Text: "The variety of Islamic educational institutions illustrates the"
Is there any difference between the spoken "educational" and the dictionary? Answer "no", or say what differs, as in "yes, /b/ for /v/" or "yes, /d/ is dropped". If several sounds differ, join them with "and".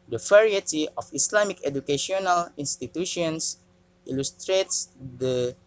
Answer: no